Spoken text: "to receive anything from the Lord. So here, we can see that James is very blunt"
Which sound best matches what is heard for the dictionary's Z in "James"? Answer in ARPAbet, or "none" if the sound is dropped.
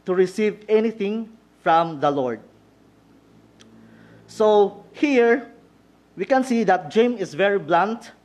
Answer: none